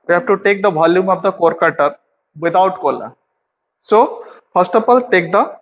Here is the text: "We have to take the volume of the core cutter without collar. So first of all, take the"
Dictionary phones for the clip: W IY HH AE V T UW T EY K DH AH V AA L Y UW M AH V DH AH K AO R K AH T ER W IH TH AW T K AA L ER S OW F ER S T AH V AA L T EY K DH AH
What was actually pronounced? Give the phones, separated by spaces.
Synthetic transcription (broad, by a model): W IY HH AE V T UW T EY K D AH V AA L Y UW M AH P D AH K AO R K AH T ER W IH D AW T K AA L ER S OW F ER S T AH F AA L T EY K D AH